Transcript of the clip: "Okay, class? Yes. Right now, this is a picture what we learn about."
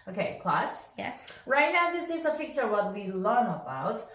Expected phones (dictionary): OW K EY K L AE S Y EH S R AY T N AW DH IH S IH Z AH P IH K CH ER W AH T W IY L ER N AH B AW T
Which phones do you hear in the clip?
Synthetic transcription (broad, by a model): OW K EY K L AE S Y EH S R AY T N AW DH IH S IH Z AH F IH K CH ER W AH T W IY L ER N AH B AW T